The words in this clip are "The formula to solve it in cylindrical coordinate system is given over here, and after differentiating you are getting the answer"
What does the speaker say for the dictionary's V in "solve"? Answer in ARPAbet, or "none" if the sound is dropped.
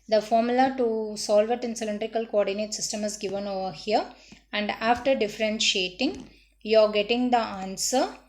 V